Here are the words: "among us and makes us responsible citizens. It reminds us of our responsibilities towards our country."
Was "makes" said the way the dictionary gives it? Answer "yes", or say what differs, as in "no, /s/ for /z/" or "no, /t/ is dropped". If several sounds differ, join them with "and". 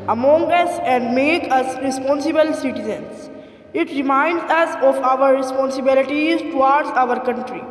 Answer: no, /s/ is dropped